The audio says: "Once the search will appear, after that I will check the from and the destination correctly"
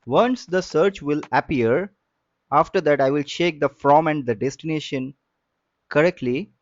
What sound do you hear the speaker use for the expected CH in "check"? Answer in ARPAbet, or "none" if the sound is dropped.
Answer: SH